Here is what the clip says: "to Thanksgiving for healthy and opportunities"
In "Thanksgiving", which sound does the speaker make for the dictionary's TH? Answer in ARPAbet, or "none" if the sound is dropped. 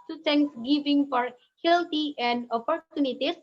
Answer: T